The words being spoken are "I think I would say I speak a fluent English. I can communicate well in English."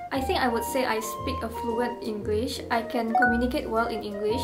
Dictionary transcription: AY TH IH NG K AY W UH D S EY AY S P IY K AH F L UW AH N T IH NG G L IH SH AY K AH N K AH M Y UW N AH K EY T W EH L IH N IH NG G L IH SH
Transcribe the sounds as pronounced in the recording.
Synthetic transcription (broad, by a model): AY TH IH NG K AY W UH D S EY AY S P IY K AH F L UW AH N T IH NG G L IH SH AY K AH N K AH M Y UW N AH K EY T W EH L IH N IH NG G L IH SH